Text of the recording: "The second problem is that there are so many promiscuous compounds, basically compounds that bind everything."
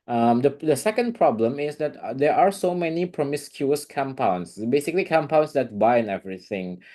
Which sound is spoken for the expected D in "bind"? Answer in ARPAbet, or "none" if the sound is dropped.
none